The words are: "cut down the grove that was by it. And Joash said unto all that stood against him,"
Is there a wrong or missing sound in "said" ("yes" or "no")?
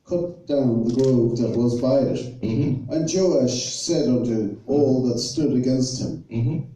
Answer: no